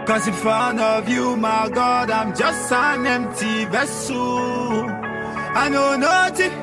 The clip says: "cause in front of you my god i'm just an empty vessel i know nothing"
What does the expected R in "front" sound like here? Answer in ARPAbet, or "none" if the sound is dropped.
none